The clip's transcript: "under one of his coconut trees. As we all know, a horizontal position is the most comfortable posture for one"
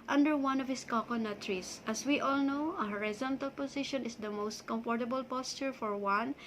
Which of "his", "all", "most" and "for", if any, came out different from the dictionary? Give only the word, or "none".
his